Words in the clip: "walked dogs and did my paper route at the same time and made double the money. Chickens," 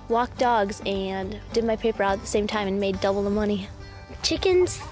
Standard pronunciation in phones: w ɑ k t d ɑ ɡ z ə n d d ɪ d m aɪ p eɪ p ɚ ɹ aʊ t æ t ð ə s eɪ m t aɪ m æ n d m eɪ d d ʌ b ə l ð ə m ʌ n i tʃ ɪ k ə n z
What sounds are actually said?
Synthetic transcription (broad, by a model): w ɑ k d ɑ ɡ z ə n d d ɪ d m aɪ p eɪ p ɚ ɹ aʊ t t ð ə s eɪ m t aɪ m n m eɪ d d ʌ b l ð ə m ʌ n i tʃ ɪ k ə n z